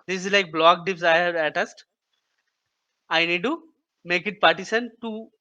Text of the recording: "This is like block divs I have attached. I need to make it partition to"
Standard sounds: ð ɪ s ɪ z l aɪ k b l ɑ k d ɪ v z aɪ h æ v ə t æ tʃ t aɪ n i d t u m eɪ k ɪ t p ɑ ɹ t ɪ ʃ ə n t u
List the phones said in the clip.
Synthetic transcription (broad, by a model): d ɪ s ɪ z l aɪ k b l ɑ k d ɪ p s aɪ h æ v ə t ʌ s t aɪ n i d t u m eɪ k ɪ t p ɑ ɹ t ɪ s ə n t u